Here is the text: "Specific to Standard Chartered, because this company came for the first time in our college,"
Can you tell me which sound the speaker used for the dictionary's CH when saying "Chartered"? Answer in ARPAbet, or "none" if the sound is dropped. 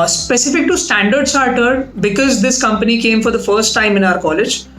S